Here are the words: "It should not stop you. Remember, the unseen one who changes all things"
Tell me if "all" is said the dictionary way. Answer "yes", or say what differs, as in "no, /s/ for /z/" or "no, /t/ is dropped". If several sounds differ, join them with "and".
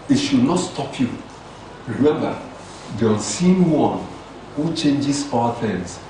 no, /w/ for /l/